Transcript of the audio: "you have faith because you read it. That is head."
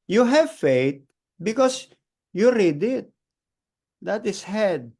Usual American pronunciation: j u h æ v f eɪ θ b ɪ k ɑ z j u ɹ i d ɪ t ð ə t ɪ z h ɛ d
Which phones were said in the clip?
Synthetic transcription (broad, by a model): j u h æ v f eɪ t b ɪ k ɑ s j u ɹ i d ɪ t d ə t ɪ s h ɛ d